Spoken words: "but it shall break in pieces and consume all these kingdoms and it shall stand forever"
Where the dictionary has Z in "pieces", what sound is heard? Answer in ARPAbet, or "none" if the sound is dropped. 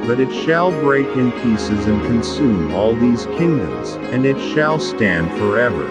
Z